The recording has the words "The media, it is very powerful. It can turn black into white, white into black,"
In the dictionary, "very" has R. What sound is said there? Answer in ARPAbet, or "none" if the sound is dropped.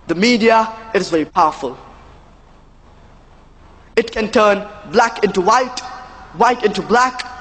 R